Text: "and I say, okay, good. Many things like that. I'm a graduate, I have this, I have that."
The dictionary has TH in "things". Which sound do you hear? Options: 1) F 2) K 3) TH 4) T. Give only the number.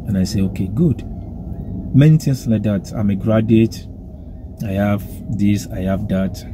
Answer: 4